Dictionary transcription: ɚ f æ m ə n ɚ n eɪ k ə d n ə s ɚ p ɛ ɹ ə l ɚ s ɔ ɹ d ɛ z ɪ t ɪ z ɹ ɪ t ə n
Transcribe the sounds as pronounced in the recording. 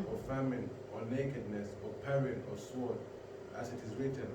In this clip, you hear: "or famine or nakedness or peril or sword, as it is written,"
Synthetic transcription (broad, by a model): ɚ f æ m ə n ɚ n eɪ k ə d n ə s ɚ p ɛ ɹ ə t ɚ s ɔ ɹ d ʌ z ɪ t ɪ z ɹ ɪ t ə n